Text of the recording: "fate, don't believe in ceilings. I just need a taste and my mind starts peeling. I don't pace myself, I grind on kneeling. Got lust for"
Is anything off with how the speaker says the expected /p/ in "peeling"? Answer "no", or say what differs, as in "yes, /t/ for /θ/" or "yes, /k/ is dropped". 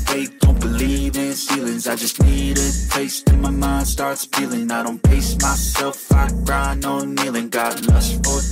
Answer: yes, /f/ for /p/